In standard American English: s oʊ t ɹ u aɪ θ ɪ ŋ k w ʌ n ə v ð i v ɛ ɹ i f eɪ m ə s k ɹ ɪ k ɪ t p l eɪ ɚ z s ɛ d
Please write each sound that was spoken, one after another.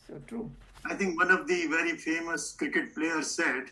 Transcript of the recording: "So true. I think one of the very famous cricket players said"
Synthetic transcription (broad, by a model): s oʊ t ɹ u aɪ t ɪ ŋ k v ʌ n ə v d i v ɛ ɹ i f eɪ m ə s k ɹ ɪ k ɪ t p l eɪ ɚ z s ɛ d